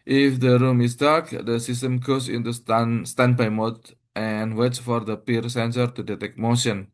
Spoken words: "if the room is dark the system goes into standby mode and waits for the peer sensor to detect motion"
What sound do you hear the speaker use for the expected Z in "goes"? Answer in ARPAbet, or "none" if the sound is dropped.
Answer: S